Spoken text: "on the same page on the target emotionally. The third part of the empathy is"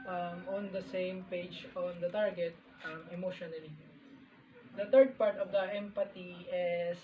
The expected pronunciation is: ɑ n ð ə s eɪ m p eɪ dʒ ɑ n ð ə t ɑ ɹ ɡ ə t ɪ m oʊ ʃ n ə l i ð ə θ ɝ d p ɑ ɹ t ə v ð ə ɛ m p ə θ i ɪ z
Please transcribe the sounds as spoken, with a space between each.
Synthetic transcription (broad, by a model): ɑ n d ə s eɪ m p eɪ dʒ ɑ n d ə t ɑ ɹ ɡ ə t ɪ m oʊ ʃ n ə l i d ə t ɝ d p ɑ ɹ t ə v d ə ɛ m p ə t i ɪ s